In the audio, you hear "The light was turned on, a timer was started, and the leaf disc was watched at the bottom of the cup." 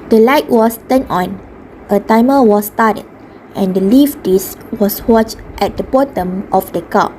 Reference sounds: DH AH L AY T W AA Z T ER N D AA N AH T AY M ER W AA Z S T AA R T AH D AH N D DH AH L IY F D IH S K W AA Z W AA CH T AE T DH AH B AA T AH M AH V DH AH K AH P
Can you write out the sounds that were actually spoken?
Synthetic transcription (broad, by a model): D AH L AY T W AA S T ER N AA N AH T AY M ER W AA S T AA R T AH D AH N D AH L IY F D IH S W AA S W AA CH T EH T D AH B AA T AH M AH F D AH K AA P